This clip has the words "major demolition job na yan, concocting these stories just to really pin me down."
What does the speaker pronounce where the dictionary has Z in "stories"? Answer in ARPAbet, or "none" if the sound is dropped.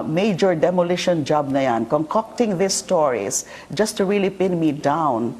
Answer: S